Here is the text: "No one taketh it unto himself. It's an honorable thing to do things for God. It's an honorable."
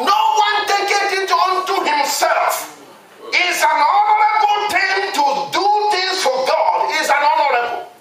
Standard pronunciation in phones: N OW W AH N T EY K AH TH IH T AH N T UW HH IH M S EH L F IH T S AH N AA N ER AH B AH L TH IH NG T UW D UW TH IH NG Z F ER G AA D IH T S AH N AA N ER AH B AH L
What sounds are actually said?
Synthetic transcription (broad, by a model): N OW W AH N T EY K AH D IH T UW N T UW HH IH M S EH L F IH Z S AH N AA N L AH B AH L T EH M T UW D UW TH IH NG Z F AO G AA D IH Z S AH N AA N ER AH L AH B